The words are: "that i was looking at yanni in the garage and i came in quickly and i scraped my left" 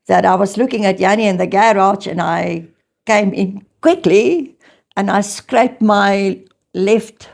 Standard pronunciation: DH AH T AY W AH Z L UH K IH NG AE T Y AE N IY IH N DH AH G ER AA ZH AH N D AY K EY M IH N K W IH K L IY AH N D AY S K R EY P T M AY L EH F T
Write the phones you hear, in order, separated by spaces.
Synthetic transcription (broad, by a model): DH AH T AY W AH Z L UH K IH NG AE T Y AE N IY IH N DH AH G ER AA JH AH N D AY K EY M IH N K W IH K L IY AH N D AY S K R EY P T M AY L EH F T